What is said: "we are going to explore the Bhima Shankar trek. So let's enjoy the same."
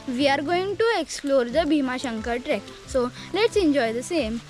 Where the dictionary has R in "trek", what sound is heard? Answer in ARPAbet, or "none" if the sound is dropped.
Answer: R